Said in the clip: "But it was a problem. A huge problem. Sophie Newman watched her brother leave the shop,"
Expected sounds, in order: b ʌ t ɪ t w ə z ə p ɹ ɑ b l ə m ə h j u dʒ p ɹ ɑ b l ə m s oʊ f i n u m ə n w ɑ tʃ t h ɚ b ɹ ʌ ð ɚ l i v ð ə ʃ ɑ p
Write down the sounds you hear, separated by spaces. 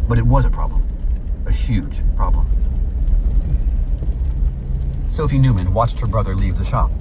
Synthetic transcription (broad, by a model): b ʌ t ɪ t w ə z ə p ɹ ɑ b l ə m ə h j u dʒ p ɹ ɑ b l ə m s oʊ f i n u m ə n w ɑ tʃ t h ɚ b ɹ ʌ ð ɚ l i v ð ə ʃ ɑ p